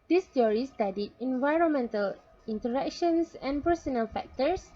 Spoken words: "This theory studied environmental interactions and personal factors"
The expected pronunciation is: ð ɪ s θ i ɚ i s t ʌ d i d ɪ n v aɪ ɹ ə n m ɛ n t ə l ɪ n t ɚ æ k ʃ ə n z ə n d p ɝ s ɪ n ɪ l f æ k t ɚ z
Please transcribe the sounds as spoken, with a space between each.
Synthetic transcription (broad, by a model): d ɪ s t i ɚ i s t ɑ d i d ɪ n v aɪ ɹ ə n m ɛ n t ə l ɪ n t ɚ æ k ʃ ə n s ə n p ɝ s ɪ n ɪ l f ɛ k t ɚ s